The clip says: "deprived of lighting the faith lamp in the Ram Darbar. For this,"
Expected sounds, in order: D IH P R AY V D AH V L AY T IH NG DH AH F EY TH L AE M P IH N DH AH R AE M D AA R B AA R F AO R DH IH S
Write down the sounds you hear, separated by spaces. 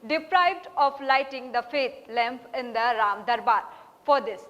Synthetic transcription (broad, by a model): D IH P R AY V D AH P L AY T IH NG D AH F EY T L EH M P IH N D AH R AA M D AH R B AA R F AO R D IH S